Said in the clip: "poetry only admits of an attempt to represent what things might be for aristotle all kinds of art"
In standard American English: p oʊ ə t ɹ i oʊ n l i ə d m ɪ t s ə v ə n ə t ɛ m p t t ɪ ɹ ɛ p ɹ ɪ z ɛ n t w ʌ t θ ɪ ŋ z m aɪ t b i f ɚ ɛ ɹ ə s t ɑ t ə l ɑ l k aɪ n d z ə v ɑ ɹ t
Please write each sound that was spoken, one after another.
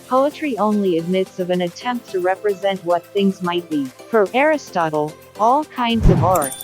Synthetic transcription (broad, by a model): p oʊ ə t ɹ i oʊ n l i ə d m ɪ t s ə v ə n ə t ɛ m p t t ɪ ɹ ɛ p ɹ ɪ z ɛ n t w ʌ t θ ɪ ŋ z m aɪ t b i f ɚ ɛ ɹ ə s t ɑ t l ɑ l k aɪ n d z ə v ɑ ɹ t